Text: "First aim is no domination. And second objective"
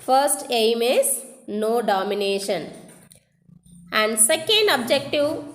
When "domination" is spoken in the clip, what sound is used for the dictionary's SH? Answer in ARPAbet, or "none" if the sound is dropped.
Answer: SH